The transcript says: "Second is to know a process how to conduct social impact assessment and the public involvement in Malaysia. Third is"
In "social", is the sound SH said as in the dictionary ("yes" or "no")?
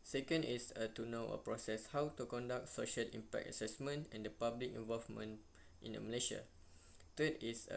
yes